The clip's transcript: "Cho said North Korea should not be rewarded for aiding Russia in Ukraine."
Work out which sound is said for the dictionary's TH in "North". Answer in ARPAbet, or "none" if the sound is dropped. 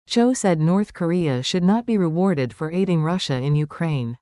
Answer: TH